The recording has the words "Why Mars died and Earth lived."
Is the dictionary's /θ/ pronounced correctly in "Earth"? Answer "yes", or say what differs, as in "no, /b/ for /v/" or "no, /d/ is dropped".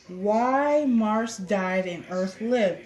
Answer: yes